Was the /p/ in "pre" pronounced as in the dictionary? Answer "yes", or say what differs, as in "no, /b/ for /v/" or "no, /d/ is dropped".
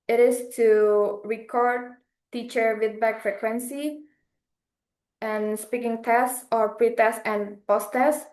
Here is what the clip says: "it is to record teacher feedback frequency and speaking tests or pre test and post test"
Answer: yes